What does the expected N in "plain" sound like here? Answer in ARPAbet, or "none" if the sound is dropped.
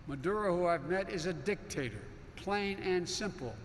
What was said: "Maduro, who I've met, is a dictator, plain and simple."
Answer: N